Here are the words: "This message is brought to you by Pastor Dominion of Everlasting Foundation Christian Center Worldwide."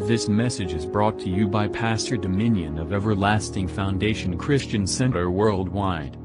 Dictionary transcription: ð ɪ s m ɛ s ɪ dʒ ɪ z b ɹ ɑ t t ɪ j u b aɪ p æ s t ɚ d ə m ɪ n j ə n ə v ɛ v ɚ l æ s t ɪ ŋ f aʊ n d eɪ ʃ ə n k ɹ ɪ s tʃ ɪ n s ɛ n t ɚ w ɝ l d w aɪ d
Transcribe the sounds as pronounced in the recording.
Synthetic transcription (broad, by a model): ð ɪ s m ɛ s ɪ dʒ ɪ z b ɹ ɑ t t ɪ j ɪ b aɪ p æ s t ɚ d ə m ɪ n j ə n ə v ɛ v ɚ l æ s t ɪ ŋ f aʊ n d eɪ ʃ ə n k ɹ ɪ s tʃ ɪ n s ɛ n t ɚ w ɝ l d w aɪ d